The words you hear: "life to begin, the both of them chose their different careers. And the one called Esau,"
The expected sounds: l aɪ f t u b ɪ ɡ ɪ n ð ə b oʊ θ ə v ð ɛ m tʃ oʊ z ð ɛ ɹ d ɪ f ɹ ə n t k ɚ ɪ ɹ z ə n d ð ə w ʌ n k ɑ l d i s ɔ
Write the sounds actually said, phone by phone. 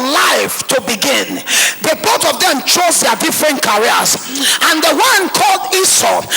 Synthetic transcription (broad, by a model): l aɪ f t u b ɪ ɡ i n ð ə b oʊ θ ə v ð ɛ m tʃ oʊ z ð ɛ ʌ d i f ɹ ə n t k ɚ ɹ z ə n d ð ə w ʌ n k ɑ l d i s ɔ